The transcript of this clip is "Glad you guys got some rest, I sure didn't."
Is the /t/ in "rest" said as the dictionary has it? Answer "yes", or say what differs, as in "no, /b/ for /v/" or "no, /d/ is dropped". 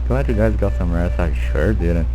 no, /t/ is dropped